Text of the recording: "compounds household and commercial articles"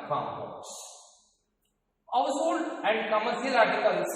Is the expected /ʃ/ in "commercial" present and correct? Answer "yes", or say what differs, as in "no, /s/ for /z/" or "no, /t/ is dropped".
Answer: no, /s/ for /ʃ/